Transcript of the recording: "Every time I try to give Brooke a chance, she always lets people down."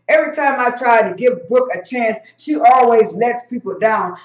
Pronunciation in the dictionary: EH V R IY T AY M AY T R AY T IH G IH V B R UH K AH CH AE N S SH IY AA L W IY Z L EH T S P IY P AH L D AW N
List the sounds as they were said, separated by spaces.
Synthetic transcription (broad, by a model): EH V R IY T AY M AY T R AY T IH G IH V B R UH K AH CH AE N S SH IY AA L W IY Z L EH T S P IY P L D AW N